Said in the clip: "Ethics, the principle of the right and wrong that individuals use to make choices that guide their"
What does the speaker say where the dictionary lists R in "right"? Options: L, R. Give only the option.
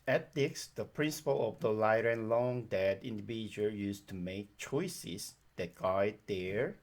L